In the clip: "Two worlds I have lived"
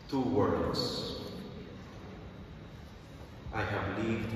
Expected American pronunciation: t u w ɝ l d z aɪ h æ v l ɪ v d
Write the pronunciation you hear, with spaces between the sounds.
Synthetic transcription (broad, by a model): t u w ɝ d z aɪ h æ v l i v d